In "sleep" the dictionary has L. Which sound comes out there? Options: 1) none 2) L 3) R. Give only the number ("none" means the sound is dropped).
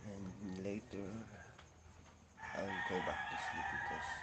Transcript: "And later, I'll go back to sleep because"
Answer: 1